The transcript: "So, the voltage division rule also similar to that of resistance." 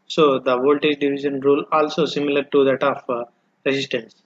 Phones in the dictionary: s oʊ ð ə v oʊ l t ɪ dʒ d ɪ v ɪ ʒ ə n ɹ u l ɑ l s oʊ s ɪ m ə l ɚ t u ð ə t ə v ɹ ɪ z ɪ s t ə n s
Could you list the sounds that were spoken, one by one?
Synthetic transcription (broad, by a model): s oʊ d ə v oʊ l t ɪ dʒ d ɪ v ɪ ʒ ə n ɹ u l ɑ l s oʊ s ɪ m ə l ɚ t u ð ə t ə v ɹ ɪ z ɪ s t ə n s